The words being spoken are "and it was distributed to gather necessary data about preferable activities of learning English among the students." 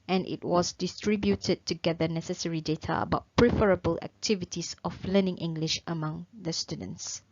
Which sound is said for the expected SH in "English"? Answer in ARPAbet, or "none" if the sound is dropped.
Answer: SH